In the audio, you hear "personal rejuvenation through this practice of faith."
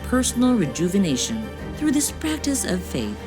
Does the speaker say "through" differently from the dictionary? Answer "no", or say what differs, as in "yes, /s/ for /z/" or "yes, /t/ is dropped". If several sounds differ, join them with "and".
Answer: no